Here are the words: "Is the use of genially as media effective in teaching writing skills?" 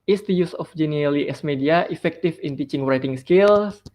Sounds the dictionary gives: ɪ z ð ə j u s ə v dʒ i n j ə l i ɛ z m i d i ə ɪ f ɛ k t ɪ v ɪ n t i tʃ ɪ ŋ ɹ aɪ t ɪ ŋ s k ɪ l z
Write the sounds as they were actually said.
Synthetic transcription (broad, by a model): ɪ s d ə j u s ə f dʒ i n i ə l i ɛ s m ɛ d i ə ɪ f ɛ k t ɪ f ɪ n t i tʃ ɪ ŋ ɹ aɪ t ɪ ŋ s k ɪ l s